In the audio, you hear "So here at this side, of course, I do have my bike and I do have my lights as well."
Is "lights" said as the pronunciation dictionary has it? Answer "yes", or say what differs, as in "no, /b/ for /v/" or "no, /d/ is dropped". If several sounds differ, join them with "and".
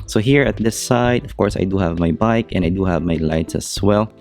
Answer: yes